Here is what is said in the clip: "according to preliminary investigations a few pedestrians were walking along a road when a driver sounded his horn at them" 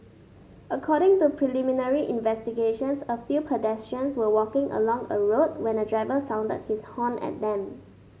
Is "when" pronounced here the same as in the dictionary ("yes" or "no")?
yes